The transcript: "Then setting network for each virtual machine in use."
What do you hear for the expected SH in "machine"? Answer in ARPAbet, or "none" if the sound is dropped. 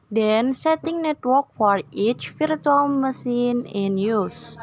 S